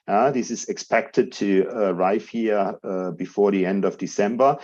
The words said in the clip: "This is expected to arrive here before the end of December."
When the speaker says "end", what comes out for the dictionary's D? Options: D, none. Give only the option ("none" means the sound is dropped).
D